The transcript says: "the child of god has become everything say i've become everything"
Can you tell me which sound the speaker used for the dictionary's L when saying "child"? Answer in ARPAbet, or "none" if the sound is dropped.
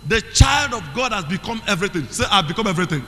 L